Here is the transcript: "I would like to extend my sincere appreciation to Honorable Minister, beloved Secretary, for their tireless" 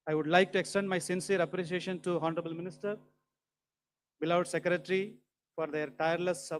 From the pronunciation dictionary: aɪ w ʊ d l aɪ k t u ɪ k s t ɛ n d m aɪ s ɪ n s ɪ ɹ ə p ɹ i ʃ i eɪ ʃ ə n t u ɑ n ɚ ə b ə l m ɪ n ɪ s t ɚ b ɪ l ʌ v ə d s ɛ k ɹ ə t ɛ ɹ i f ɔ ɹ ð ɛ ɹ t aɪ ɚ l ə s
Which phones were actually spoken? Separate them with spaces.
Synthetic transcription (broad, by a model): aɪ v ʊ d l aɪ k t u ɪ k s t ɛ n d m aɪ s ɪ n s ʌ ɹ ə p ɹ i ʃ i eɪ ʃ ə n t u ɑ n ɚ ə b ə l m ɪ n ɪ s t ɚ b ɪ l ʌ ə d s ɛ k ɹ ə t ɹ i f ɔ ɹ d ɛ ɹ t aɪ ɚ l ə s